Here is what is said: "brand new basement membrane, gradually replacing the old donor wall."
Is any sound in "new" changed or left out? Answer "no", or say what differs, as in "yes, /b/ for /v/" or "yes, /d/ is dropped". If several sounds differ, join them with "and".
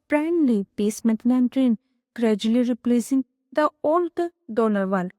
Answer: yes, /l/ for /n/